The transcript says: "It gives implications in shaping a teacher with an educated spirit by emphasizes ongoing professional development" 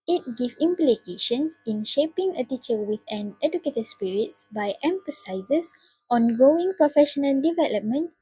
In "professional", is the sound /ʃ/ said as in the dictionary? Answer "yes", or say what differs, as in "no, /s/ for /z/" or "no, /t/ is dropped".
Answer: yes